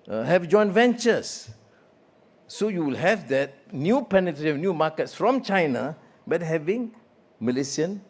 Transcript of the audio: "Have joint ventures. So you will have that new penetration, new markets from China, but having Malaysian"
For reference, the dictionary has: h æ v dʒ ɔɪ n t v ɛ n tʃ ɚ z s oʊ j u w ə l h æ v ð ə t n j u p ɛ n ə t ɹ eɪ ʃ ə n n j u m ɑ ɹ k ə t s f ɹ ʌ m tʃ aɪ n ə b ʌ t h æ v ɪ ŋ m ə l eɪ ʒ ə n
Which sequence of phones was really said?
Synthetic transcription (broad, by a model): h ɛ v dʒ ɔɪ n v ɛ n tʃ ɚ s oʊ j u w ə l h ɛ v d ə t n j u p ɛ n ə t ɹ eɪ ə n n j u m ɑ k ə t s f ɹ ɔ m tʃ aɪ n ə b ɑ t h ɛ v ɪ ŋ m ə l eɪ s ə n